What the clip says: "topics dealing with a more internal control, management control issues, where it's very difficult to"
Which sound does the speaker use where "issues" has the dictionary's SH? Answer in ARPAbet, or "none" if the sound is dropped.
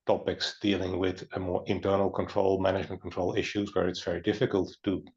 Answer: SH